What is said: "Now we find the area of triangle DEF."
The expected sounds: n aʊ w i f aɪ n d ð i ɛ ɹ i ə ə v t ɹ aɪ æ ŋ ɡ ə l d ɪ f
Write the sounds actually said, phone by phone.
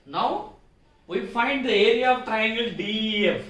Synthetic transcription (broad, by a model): n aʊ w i f aɪ n d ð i ɛ ɹ i ə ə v t ɹ aɪ æ ŋ ɡ ə l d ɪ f